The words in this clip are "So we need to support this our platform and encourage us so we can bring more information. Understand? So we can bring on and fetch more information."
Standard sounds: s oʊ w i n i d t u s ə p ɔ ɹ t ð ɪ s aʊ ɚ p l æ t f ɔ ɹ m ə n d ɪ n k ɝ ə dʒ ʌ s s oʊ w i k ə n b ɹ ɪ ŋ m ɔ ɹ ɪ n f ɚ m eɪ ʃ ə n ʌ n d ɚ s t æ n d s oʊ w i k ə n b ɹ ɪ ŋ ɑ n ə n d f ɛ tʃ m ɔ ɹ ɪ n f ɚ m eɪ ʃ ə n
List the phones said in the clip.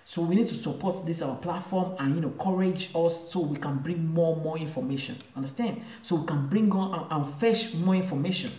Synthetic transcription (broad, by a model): s oʊ w i n i d t u s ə p ɔ t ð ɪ s aʊ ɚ p l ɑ t f ɔ m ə n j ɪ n k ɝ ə dʒ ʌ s s oʊ w i k ə n b ɹ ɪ ŋ m ɔ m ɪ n f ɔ m eɪ ʃ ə n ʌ n d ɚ s t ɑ n d s oʊ w i k ə n b ɹ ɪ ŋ ɑ n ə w f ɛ ʃ m ɔ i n f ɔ m eɪ ʃ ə n